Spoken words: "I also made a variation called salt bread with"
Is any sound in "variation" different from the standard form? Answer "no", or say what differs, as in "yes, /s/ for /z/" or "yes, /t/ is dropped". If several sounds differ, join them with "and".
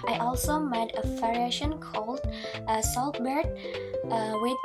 yes, /f/ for /v/